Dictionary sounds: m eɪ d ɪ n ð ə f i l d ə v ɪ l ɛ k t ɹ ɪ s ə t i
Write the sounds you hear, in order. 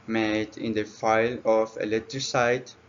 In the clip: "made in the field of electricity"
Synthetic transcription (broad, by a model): m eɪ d ɪ n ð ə f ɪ l ə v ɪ l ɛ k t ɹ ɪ s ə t